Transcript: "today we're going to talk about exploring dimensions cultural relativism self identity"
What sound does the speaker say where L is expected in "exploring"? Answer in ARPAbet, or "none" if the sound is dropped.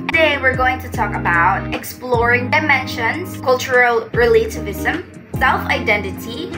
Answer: L